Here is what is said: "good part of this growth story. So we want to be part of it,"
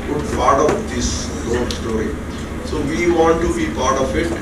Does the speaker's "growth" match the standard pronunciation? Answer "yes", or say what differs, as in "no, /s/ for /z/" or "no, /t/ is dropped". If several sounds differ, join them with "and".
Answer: no, /ɹ/ is dropped